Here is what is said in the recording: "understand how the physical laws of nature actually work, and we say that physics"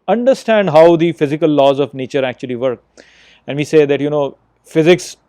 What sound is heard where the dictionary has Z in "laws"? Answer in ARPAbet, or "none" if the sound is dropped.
Z